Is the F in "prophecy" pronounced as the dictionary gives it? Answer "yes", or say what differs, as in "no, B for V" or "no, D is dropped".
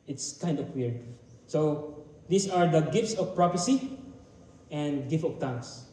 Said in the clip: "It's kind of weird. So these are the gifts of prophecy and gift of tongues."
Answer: no, P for F